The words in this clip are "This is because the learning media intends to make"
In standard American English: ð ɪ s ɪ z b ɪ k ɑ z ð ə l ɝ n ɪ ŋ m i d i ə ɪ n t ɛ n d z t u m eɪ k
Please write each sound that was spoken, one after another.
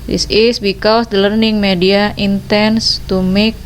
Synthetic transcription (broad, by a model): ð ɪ s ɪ s b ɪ k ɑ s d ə l ɝ n ɪ ŋ m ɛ d i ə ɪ n t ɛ n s t u m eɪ k